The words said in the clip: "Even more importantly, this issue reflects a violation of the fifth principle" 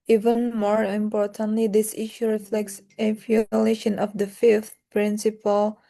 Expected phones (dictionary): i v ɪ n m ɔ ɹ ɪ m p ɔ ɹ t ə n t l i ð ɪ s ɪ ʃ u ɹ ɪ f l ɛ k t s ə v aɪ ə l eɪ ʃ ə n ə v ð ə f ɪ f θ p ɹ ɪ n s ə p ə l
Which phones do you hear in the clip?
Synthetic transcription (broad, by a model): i v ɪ n m ɔ ɹ ɪ m p ɔ ɹ t ə n t l i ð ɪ s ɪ ʃ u ɹ ɪ f l ɛ k t s ə f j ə l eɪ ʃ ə n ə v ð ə f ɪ f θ p ɹ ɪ n s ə p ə l